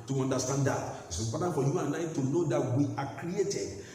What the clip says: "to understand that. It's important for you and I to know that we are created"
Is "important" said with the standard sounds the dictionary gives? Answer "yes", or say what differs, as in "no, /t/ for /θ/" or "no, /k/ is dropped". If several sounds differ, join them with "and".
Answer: no, /m/ is dropped